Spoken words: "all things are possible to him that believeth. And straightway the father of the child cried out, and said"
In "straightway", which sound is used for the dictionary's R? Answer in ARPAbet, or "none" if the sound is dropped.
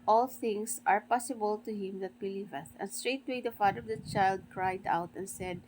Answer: R